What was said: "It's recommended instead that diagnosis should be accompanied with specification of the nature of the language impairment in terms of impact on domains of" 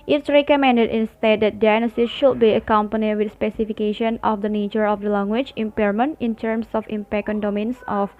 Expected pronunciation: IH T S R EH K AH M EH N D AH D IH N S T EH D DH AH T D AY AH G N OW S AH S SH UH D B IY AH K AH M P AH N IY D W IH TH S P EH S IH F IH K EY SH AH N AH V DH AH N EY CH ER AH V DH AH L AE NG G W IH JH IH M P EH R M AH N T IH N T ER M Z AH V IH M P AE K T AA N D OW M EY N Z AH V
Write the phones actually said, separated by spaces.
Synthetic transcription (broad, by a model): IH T S R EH K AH M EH N D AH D IH N S T EH D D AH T D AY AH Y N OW S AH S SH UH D B IY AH K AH M P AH N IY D W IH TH S P EH S IH F IH K EY SH AH N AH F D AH N EY CH ER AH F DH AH L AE NG G W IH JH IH M P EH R M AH N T IH N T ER M S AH F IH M P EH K AA N D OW M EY N S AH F